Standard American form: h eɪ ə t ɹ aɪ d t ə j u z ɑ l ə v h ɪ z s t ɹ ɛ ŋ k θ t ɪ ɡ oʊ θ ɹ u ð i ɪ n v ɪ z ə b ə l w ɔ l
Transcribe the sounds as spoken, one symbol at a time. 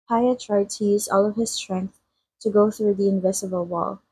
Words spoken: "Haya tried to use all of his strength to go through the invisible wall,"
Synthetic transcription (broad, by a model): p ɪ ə t ɹ aɪ d t ə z ɑ l ə v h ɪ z s t ɹ ɛ ŋ k θ t ɪ ɡ oʊ θ ɹ u ð i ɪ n v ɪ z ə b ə l w ɔ l